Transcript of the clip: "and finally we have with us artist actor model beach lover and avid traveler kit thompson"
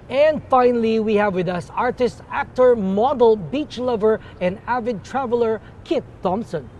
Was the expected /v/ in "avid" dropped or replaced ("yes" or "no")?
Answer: no